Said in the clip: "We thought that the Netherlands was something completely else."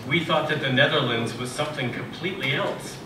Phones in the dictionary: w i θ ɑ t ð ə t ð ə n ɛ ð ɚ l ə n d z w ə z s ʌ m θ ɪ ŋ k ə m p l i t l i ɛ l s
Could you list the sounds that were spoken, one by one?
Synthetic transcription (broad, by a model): w i θ ɑ t ð ə t ð ə n ɛ ð ɚ l ə n d z w ə z s ʌ m θ ɪ ŋ k ə m p l i t l i ɛ l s